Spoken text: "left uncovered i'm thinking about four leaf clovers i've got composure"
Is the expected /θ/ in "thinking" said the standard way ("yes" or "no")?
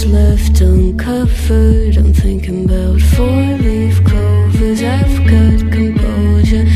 yes